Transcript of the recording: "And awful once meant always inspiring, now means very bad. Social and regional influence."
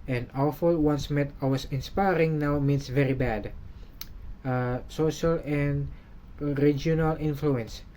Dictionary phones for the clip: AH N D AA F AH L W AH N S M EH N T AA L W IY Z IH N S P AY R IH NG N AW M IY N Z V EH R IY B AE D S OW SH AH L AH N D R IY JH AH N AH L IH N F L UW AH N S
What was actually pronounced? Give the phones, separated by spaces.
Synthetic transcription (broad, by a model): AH N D AA F AH L W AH N S M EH T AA W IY S IH N S P AY R IH NG N AW M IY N S V EH R IY B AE D S OW SH AH L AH N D R IY JH AH N AH L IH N F L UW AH N S